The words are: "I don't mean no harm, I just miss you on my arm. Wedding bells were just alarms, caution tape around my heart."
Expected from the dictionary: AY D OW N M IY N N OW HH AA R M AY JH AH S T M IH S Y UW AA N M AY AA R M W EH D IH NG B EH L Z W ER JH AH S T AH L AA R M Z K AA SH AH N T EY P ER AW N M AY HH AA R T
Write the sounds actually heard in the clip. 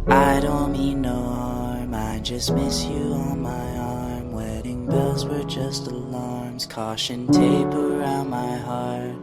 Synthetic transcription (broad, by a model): AY D OW N M IY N N OW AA R M AY JH AH S T M IH S Y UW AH N M AY AA R M W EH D IH NG B EH L Z W ER JH AH S T AH L AA R M Z K AA SH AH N T EY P ER AW N M AY HH AA R T